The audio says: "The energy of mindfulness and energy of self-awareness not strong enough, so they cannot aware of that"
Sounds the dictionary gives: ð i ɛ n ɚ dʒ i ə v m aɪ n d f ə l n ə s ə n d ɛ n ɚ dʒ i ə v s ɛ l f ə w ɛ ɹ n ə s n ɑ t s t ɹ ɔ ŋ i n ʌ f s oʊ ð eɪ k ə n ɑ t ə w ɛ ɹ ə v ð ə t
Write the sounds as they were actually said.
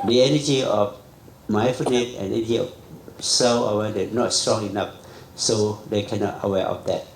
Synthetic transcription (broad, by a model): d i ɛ n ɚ dʒ i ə f m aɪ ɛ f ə n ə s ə n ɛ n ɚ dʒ i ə f s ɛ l ə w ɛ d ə n ɑ t s t ɹ ɔ ŋ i n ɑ f s oʊ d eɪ k ə n ɑ t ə w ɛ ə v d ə t